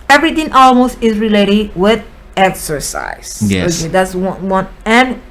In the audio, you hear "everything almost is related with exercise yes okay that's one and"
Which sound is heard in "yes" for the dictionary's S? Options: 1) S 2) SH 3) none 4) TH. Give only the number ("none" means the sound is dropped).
3